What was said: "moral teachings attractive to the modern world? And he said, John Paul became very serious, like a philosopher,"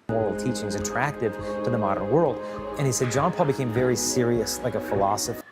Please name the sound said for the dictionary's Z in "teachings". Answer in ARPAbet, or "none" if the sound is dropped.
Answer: Z